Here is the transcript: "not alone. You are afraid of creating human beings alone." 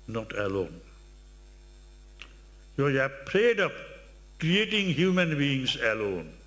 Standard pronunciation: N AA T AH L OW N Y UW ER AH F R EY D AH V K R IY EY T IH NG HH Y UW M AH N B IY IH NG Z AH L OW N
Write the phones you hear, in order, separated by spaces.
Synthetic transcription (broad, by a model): N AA T AH L OW N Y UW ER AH P R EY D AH P K R IY EY T IH NG HH Y UW M AH N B IY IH NG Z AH L OW N